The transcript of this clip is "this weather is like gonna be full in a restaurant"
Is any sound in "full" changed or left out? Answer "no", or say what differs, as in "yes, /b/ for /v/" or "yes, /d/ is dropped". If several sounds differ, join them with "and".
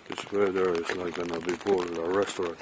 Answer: yes, /p/ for /f/